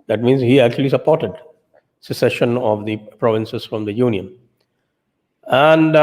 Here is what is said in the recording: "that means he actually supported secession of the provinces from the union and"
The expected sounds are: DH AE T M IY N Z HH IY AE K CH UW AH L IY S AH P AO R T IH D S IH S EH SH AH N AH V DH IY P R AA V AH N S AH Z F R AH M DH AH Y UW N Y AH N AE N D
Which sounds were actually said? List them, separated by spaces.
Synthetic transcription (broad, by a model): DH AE T M IY N Z HH IY AE K CH UW AH L IY S AH P AO R T IH D S IH S EH SH AH N AH V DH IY P R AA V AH N S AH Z F R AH M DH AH Y UW N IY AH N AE N D